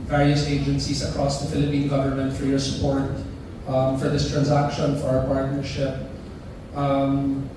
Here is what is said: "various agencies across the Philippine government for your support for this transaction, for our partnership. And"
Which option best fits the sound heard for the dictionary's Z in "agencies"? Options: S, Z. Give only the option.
S